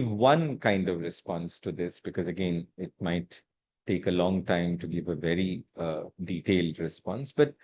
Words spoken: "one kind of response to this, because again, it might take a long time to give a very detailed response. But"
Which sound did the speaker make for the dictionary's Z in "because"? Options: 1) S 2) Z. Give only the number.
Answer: 2